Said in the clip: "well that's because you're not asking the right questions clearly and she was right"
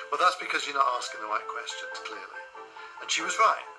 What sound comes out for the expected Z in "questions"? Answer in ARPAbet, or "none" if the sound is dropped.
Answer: none